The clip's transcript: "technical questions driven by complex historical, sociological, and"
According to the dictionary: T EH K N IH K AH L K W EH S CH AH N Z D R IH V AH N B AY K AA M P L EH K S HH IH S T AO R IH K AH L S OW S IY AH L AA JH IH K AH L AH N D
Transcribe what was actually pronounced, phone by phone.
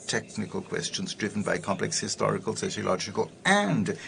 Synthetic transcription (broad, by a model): T EH K N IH K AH L K W EH S CH AH N Z D R IH V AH N B AY K AA M P L EH K S HH IH S T AO R IH K AH L S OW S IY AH L AA JH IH K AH L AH N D